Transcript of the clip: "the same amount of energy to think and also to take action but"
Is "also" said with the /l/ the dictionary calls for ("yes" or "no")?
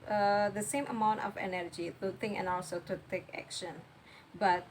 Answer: no